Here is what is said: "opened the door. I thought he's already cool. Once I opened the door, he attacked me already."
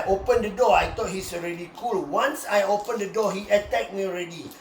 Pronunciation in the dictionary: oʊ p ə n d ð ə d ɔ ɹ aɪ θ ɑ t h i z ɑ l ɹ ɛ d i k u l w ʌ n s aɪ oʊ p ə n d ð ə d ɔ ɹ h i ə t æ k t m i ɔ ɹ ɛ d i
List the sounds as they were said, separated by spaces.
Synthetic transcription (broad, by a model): oʊ p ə n d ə d ɔ aɪ t ɑ t h i s ɑ l ɹ ɛ d i k u l w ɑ n s aɪ oʊ p ə n d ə d ɔ h i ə t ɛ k m i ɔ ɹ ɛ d i